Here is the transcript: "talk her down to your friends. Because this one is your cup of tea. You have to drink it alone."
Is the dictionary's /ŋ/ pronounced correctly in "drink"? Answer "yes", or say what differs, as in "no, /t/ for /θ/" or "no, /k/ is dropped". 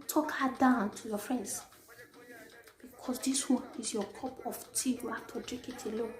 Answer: no, /ŋ/ is dropped